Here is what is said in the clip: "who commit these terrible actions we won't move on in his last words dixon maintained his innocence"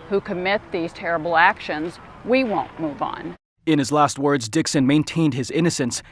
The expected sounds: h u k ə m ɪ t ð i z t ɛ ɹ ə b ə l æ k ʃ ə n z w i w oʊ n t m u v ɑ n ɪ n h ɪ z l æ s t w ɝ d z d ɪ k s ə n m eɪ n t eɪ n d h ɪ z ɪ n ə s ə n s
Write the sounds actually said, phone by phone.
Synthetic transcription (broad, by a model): h u k ə m ɪ t ð i z t ɛ ɹ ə b l æ k ʃ ə n z w i w oʊ n m u v n ɪ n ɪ z l æ s t w ɝ d z d ɪ k s ə n m eɪ n t eɪ n d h ɪ z ɪ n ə s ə n s